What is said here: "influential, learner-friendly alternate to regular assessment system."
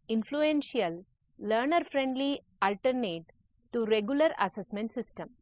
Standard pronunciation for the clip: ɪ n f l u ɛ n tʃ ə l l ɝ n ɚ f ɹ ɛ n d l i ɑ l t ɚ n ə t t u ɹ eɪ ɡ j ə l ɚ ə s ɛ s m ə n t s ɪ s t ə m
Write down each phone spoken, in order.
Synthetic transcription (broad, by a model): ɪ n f l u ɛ n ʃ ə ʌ l ɝ n ɚ f ɹ ɛ n d l i ɑ l t ɚ n ə t t u ɹ eɪ ɡ j ə l ɚ ə s ɛ s m ə n t s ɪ s t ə m